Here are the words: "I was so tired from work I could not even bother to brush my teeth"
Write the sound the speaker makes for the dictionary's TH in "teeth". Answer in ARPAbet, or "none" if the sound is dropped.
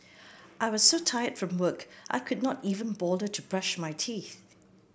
TH